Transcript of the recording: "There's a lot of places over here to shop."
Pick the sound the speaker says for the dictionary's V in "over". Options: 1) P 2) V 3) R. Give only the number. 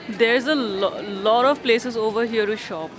2